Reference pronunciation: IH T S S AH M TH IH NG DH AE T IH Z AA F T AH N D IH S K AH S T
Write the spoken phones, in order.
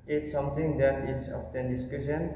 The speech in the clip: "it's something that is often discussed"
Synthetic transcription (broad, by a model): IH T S S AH M T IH NG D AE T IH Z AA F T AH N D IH S K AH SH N